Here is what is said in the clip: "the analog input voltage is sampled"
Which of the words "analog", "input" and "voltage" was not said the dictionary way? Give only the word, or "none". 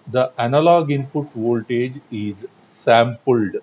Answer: none